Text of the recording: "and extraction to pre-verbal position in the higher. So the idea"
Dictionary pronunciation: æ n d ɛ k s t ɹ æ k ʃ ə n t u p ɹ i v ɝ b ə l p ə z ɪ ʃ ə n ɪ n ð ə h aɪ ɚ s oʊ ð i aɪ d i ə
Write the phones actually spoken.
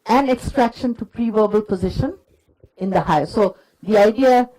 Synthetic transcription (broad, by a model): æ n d ɛ k s t ɹ æ k ʃ ə n t u p ɹ i v ɝ b ə l p ə z ɪ ʃ ə n ɪ n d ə h aɪ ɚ s oʊ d i aɪ d i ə